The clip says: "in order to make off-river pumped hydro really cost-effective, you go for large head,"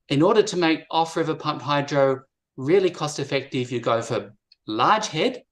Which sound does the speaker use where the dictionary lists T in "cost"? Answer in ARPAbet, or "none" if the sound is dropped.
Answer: T